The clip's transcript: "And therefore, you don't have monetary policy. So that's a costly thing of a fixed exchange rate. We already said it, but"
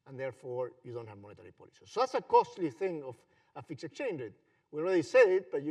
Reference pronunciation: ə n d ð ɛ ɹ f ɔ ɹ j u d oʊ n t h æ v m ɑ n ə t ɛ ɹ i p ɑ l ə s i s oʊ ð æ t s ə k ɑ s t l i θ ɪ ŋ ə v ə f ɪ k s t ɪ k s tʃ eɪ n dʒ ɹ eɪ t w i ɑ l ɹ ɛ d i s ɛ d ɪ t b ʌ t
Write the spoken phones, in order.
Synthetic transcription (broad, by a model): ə n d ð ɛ ɹ f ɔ ɹ j u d oʊ n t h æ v m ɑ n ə t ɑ ɹ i p ɑ l ə s i s oʊ ð æ t s ə k ɑ s t l i θ ɪ ŋ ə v ə f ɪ k s ɪ k s tʃ eɪ n dʒ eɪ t w i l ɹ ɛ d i s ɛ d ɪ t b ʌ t